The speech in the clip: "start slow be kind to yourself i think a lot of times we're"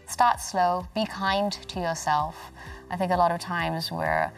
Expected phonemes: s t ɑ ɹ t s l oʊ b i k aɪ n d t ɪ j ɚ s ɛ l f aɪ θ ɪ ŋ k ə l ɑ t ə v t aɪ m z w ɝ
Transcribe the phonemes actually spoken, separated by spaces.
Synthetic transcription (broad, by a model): s t ɑ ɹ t s l oʊ b i k aɪ n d t ɪ j ɚ s ɛ l f aɪ θ ɪ ŋ k ə l ɑ t ə v t aɪ m z w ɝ